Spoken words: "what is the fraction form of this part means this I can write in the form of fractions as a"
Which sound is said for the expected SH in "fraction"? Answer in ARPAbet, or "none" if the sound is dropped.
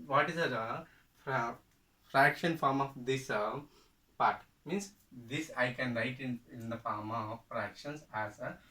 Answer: SH